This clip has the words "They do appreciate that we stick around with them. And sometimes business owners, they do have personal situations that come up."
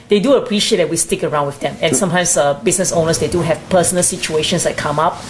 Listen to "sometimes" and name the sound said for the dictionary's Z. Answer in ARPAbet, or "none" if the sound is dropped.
S